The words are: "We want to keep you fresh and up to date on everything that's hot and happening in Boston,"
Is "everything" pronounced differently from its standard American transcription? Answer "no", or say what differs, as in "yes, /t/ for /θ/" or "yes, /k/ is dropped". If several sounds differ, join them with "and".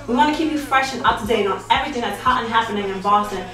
no